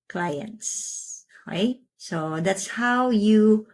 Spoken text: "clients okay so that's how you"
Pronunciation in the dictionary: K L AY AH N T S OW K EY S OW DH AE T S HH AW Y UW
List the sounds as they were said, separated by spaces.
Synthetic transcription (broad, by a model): K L AY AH N T S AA IH S OW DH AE T S HH AW Y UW